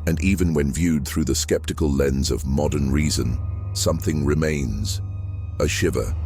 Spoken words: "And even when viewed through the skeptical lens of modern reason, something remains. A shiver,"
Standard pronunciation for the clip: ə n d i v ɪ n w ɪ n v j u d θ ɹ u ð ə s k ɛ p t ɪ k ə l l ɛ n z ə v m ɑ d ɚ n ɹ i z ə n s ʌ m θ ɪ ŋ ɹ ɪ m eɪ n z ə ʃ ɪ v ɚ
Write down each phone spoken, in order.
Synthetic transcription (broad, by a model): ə n i v ɪ n w ɪ n v j u d θ ɹ u ð ə s k ɛ p t ɪ k ə l l ɛ n z ə v m ɑ d ɚ n ɹ i z ə n s ʌ m θ ɪ ŋ ɹ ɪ m eɪ n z ə ʃ ɪ v ɚ